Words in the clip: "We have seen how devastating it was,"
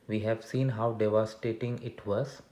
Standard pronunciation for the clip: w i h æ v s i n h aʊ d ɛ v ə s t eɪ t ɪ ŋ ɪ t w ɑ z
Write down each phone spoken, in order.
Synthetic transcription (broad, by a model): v i h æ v s i n h aʊ d ɛ v ə s t eɪ t ɪ ŋ ɪ t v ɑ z